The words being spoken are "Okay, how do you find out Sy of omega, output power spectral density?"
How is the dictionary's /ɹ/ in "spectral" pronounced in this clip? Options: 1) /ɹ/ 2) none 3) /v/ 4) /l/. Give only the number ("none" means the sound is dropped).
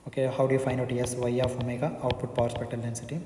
2